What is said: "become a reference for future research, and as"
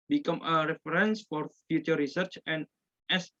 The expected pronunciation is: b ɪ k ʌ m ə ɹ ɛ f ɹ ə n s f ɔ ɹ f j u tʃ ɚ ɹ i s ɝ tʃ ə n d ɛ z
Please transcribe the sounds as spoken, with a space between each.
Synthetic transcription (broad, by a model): b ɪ k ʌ m ə ɹ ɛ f ɹ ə n s f ɔ ɹ f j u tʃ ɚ ɹ i s ɝ tʃ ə n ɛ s